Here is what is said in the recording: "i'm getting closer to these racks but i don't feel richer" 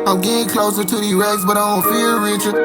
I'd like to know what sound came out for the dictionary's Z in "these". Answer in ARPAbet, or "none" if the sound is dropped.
none